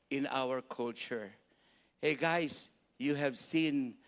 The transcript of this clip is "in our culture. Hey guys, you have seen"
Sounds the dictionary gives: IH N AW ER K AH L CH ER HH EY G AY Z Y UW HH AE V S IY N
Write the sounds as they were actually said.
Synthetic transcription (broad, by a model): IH N AW ER K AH L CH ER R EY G AY S Y UW HH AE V S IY N